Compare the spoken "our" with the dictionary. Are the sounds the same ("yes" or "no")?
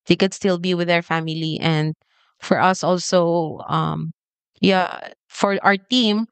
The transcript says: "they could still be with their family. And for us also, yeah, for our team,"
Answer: yes